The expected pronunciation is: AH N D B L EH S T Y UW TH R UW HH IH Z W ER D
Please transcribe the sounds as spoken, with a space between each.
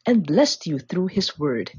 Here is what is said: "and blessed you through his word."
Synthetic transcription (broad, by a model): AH N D B L EH S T Y UW TH R UW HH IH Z W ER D